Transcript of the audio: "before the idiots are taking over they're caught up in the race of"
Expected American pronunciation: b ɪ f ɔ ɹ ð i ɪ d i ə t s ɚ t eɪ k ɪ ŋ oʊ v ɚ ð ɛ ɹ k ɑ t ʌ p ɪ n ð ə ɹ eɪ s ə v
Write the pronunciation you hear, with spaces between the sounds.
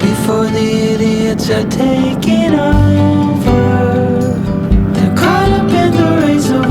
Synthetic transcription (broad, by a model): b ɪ f ɔ ɹ ð i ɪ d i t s ɚ t eɪ k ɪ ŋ oʊ v ɚ ð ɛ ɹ k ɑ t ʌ b ɪ n ð ə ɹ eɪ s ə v